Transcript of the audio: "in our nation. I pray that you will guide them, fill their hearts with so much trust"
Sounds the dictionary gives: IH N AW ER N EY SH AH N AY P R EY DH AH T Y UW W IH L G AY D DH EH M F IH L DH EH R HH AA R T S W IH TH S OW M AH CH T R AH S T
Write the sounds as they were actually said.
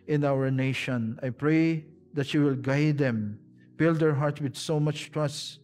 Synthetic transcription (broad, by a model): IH N AW ER N EY SH AH N AY P R EY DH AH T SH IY W IH L G AY D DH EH M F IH L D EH R HH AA R T W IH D S OW M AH CH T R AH S T